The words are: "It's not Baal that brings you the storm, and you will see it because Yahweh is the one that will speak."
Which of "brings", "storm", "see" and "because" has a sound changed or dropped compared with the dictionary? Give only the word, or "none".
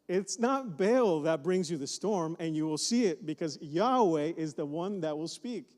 none